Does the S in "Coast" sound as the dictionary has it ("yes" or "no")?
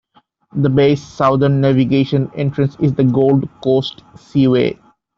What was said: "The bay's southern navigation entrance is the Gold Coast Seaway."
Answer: yes